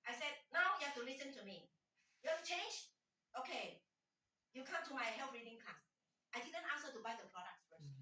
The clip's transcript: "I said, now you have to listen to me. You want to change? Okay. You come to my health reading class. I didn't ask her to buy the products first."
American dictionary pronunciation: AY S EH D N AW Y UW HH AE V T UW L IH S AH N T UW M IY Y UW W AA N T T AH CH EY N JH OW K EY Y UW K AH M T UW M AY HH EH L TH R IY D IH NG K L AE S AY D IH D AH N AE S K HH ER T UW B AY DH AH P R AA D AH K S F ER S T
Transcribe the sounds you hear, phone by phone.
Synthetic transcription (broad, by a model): AY S EH D N AW Y UW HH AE F T UW L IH S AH N T UW M IY Y UW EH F CH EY N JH OW K EY Y UW K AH M T UW M AY HH EH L F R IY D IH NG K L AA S AY D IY D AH N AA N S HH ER T UW B AY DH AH P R AA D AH K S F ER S